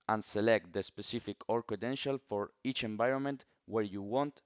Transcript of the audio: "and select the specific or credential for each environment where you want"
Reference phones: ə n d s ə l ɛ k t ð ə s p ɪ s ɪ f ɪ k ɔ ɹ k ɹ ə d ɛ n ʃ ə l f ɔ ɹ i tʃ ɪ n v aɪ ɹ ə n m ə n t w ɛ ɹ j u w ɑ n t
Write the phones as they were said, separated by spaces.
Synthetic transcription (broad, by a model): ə n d s ə l ɛ k t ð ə s p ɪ s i f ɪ k ɔ ɹ k ə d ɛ n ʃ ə l f ɔ ɹ i tʃ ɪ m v aɪ ɹ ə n m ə n t w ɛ ɹ j u w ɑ n t